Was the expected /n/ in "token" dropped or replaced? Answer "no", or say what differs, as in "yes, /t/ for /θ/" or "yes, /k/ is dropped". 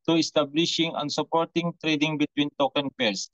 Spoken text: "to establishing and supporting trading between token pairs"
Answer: no